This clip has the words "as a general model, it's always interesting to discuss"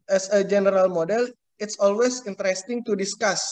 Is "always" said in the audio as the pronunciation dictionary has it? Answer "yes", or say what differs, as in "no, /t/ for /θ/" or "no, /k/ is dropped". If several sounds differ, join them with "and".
no, /s/ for /z/